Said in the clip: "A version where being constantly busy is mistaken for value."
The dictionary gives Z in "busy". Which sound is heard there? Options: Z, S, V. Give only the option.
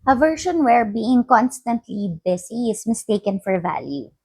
S